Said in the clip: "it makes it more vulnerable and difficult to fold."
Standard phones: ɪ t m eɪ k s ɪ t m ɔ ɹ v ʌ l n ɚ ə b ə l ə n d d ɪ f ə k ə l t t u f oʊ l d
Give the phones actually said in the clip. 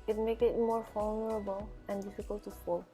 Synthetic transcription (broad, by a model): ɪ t m eɪ k ɪ t m ɔ ɹ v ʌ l n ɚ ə b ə l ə n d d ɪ f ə k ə l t t u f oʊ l